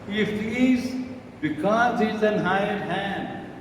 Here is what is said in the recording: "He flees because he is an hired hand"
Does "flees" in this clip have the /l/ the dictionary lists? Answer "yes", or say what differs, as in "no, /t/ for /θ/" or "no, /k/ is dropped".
no, /l/ is dropped